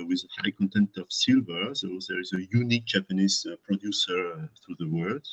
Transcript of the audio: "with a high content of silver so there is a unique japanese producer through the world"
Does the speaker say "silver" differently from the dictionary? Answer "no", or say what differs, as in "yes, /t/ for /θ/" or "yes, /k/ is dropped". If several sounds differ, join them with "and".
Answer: no